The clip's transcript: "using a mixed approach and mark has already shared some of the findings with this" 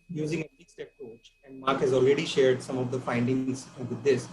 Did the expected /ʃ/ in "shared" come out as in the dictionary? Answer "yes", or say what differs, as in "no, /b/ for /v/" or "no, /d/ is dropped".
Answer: yes